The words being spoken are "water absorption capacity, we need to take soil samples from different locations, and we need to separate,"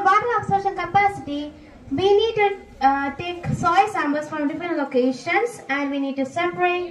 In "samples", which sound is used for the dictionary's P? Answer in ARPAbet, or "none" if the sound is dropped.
B